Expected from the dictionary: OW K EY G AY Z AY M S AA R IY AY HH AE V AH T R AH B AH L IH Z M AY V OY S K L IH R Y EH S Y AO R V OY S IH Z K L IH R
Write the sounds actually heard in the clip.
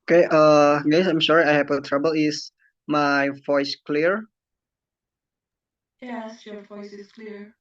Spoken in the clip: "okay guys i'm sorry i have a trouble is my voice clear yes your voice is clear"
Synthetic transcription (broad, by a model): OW K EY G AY S AY M SH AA R AY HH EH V AH T R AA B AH L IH S M AY V OY S K L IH R Y EH S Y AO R V OY S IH S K L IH R